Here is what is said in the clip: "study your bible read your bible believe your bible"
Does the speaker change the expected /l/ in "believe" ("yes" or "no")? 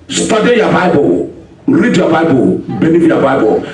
yes